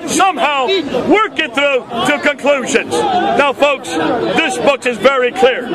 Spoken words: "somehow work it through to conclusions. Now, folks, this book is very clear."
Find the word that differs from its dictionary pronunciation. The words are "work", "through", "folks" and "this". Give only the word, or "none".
none